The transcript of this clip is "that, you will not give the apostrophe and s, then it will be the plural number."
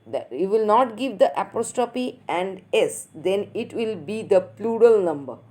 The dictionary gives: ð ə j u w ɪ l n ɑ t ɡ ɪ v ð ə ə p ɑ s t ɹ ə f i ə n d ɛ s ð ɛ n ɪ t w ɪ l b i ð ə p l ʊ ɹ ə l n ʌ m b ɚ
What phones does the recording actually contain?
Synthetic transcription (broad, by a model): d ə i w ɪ l n ɑ t ɡ ɪ v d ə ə p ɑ s t ə p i ə n d ɛ s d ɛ n ɪ t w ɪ l b i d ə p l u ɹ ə l n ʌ m b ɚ